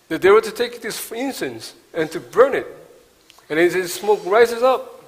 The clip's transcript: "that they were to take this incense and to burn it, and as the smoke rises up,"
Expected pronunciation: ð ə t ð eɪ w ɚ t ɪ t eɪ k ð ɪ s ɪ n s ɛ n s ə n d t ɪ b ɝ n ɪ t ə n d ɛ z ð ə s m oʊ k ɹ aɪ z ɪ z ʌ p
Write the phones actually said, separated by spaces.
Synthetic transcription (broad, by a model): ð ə t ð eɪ w ɚ t ɪ t eɪ k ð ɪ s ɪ n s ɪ n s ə n t ɪ b ɝ n ɪ t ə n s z s m oʊ k ɹ aɪ z ɪ z ʌ p